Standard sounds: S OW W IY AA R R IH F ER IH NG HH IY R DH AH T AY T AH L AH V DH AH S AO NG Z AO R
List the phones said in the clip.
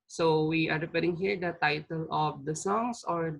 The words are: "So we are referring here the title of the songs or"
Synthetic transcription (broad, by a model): S OW W IY AA R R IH P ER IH NG HH IY R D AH T AY T AH L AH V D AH S AO NG S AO R